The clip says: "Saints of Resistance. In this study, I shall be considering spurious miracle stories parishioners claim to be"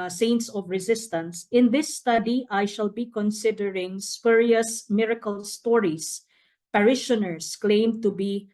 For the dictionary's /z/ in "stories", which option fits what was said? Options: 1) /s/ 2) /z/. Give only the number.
1